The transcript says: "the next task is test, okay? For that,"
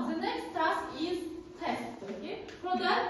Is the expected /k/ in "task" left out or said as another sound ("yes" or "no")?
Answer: yes